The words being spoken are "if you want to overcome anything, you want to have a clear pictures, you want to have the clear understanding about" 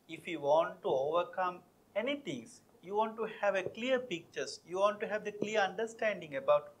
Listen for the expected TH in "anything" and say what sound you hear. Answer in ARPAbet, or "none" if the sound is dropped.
T